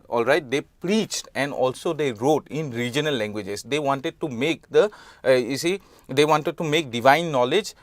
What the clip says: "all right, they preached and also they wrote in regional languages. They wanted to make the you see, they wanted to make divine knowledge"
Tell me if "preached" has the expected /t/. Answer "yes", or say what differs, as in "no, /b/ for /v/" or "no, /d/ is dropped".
yes